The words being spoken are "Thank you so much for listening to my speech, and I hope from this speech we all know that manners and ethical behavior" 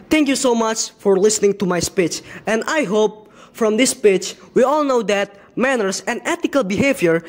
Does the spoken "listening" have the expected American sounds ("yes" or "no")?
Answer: yes